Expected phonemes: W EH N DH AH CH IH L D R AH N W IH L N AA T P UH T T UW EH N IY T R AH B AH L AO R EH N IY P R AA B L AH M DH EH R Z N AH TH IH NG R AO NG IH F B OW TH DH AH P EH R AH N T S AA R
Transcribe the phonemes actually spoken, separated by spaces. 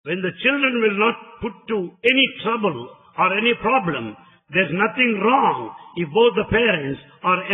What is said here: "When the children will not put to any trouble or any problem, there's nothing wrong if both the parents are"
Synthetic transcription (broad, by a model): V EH N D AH CH IH L D R AH N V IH L N AA T P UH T T UW EH N IY T R AH B AH L AO R EH N IY P R AA B L AH M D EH R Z N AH T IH NG R AO NG IH F B OW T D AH P EH R AH N T S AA R